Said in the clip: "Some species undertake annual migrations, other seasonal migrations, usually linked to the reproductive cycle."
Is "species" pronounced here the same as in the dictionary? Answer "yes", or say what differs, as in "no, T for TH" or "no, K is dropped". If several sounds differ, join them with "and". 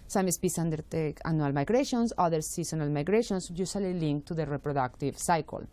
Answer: no, S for SH